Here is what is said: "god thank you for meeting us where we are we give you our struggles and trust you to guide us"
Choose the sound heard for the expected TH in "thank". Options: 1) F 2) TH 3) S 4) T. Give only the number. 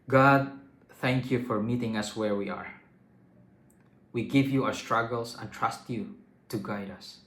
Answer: 2